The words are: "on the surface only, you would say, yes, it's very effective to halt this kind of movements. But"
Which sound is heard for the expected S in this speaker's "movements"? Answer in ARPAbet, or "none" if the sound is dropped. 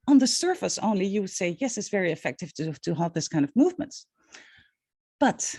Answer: none